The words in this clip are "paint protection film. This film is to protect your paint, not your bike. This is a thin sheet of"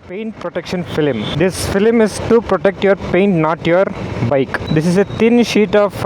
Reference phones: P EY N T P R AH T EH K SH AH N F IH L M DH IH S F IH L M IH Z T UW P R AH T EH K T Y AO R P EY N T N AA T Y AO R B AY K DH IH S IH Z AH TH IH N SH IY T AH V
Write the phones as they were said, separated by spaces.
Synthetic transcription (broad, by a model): P EY N T P R AH T EH K SH AH N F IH L M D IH S F IH L M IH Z T UW P R AH T EH K T Y AO R P EY N T N AA T Y AO R B AY K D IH S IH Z AH T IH N SH IY T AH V